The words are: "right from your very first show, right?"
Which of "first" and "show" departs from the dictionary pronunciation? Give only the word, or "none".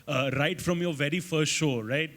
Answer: none